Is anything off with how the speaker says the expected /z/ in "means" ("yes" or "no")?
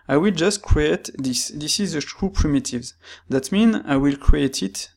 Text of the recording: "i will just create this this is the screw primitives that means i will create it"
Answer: yes